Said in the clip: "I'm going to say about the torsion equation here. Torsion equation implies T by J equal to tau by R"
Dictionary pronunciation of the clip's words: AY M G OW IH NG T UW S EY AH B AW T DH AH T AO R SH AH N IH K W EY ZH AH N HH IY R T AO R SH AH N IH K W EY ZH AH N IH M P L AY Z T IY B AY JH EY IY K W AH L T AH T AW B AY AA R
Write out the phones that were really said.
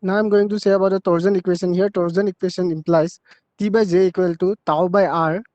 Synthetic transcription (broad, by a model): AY M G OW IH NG T UW S EY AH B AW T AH T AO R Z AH N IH K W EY S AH N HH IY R T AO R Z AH N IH K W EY S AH N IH M P L AY S T IY B AY Z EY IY K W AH L T AH T AW B AY AA R